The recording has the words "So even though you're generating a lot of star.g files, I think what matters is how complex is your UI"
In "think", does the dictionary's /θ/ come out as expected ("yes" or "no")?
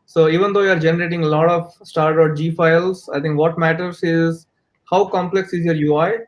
no